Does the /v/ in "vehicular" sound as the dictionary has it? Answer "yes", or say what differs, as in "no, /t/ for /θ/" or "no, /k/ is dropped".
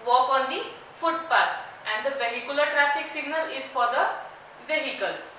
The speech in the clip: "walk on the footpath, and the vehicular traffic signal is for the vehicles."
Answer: no, /p/ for /v/